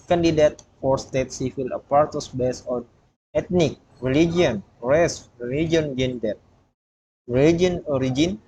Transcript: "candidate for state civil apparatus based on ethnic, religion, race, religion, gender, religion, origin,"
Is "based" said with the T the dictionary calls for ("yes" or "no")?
no